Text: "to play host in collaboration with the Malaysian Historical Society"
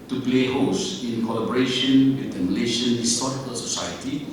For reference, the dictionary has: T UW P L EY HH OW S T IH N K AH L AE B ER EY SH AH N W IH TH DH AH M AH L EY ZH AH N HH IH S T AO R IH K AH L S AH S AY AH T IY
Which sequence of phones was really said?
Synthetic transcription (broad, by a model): T UW P L EY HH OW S IH N K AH L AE B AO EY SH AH N W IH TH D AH M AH L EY SH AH N HH IH S T AO R IH K AH L S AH S AY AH T IY